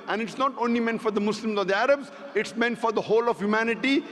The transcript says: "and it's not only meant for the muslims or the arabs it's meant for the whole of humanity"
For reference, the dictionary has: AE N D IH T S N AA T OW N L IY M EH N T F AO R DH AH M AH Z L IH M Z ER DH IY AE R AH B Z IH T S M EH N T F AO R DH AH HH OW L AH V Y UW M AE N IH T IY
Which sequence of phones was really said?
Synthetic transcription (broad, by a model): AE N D IH T S N AA T OW N L IY M EH N T F AO R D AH M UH S L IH M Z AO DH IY AE R AH B Z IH T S M EH N T F AO R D AH HH OW L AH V Y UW M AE N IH T IY